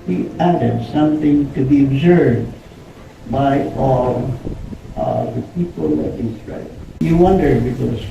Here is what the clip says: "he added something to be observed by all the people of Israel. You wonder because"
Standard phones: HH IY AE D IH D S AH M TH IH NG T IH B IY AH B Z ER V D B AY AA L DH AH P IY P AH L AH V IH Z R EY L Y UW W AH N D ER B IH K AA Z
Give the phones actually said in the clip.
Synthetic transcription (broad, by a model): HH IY AE D IH D S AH M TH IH NG T IH B IY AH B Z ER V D B AY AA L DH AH P IY P AH L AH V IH S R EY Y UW W AH N D ER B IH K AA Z